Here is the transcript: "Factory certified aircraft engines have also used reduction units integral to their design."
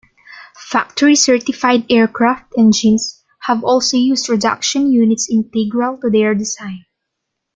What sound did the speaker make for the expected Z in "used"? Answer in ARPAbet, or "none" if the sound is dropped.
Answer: S